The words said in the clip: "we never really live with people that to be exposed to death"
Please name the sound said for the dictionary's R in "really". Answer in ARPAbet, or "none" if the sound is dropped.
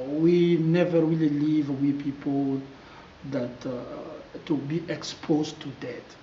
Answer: W